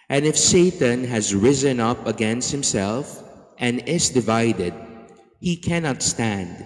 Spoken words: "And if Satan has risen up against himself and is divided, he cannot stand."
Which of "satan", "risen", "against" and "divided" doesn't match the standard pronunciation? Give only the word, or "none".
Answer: none